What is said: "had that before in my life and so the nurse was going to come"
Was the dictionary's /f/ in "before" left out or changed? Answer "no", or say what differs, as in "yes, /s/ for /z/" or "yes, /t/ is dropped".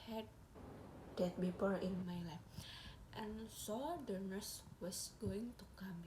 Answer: yes, /p/ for /f/